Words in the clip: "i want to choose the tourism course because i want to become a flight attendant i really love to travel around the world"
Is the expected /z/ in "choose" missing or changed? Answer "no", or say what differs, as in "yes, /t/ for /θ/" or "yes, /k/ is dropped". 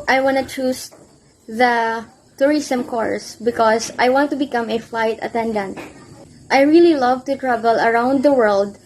yes, /s/ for /z/